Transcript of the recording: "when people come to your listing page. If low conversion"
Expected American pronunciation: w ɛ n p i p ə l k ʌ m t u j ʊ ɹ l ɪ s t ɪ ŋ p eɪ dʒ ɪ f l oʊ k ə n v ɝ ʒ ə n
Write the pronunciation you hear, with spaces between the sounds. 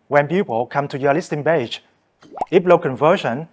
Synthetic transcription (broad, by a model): w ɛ n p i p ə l k ʌ m t u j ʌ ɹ l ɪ s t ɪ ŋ b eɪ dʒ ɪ p l oʊ k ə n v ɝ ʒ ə n